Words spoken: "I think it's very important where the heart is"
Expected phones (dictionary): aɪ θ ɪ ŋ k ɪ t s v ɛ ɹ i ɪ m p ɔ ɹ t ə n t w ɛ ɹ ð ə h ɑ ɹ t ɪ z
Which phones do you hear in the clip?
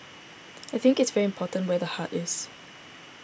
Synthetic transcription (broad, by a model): aɪ θ ɪ ŋ k ɪ t s v ɛ ɹ i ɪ m p ɔ t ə n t w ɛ ð ə h ɑ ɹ t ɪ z